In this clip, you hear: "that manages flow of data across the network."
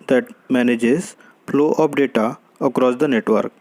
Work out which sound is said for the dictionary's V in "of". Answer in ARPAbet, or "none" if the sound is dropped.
P